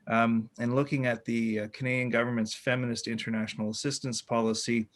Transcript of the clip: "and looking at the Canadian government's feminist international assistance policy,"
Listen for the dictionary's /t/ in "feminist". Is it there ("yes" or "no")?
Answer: yes